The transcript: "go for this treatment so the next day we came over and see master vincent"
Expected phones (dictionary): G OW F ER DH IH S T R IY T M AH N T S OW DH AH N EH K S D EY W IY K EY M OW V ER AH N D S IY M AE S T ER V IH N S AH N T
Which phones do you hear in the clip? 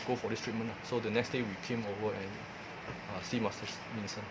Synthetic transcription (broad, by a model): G OW F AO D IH S T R IY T M AH N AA S OW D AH N EH K S D EY W IY K EY M OW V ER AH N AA S IY M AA S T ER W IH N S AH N